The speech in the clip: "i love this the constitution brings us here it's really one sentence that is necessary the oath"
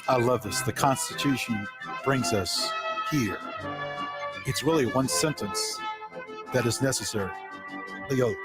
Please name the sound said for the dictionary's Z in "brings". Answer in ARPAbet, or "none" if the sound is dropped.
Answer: Z